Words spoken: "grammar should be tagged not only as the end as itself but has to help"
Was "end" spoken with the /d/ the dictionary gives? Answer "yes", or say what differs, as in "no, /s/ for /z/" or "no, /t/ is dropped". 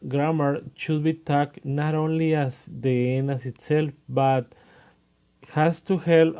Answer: no, /d/ is dropped